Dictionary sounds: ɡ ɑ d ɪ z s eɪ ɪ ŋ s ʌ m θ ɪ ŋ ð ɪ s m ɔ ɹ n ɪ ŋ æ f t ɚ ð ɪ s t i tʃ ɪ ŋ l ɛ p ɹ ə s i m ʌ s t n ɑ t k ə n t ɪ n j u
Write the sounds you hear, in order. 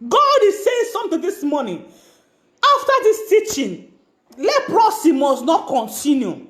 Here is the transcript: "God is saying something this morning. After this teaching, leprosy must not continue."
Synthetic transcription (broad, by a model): ɡ ɑ d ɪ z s eɪ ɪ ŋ s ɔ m t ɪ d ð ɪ s m ɔ n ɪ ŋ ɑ f t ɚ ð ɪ s t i tʃ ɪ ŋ l ɛ p ɹ ə s i m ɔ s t n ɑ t k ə n t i n j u